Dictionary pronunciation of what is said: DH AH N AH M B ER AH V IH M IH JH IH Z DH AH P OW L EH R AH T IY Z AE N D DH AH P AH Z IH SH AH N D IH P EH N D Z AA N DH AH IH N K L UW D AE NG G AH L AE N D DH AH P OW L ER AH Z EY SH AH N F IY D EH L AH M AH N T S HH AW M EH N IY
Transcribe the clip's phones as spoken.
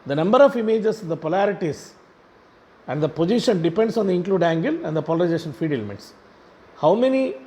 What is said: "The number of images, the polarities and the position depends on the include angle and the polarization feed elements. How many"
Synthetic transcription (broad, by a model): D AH N AH M B ER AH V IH M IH JH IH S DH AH P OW L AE R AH T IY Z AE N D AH P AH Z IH SH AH N D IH P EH N D S AA N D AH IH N K L UW D AE NG G AH L AE N D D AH P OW L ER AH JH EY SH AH N F IY D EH L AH M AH T S HH AW M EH N IY